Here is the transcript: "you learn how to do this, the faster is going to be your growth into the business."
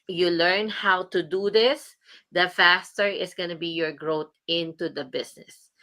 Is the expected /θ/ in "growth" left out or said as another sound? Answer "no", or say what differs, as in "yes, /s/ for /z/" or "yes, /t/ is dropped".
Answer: yes, /t/ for /θ/